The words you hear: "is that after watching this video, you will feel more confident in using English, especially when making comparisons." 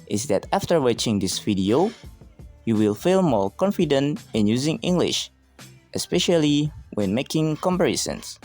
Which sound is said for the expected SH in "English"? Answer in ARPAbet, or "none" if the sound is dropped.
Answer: SH